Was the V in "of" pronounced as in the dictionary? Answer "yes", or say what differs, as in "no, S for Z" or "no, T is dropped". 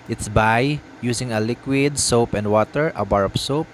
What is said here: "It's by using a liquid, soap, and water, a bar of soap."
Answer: no, P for V